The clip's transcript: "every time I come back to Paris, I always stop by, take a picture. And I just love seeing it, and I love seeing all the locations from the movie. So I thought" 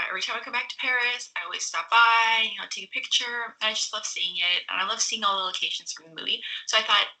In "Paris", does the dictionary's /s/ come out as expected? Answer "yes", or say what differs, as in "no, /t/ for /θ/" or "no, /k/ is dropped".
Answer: yes